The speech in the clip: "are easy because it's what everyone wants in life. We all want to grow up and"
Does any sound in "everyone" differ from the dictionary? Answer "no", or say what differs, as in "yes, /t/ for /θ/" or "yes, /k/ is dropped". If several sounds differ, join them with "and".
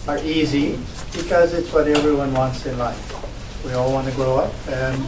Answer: no